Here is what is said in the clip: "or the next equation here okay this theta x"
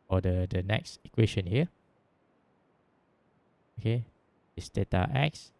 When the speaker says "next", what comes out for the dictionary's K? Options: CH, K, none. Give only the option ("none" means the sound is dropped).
K